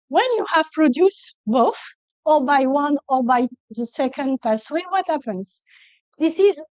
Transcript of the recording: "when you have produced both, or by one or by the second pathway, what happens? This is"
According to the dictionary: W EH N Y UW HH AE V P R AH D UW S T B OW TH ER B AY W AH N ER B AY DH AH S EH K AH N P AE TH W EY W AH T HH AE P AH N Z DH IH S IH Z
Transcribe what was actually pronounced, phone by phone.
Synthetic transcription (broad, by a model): W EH N Y UW HH AE V P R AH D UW S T B OW TH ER B AY W AH N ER B AY DH AH S EH K AH N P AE S W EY W AH T HH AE P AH N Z DH IH S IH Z